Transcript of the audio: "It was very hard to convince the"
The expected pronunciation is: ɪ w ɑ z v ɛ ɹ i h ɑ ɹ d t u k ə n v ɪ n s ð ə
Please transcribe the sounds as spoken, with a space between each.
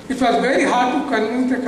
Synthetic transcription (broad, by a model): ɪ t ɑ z v ɛ ɹ i h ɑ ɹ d t u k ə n ɪ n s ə